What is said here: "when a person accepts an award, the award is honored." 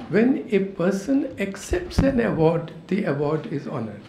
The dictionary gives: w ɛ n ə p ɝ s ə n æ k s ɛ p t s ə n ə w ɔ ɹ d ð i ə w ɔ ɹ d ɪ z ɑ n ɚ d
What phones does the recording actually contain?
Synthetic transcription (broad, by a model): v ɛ n ə p ɝ s ə n æ k s ɛ p t s ə n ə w ɔ ɹ d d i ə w ɔ ɹ d ɪ z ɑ n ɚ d